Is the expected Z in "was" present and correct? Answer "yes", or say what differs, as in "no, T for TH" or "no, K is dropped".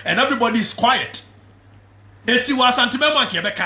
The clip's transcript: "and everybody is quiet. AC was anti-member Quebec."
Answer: no, S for Z